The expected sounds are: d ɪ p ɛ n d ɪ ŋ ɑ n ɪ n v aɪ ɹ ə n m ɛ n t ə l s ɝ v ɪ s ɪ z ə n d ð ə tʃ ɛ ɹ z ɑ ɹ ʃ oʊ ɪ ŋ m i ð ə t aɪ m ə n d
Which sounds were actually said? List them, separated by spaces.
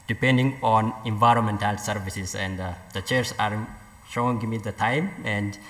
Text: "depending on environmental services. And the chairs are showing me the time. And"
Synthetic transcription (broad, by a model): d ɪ p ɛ n d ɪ ŋ ɑ n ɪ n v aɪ ɹ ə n m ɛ n t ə l s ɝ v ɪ s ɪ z ə n d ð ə tʃ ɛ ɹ s ɑ ɹ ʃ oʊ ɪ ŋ m i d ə t aɪ m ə n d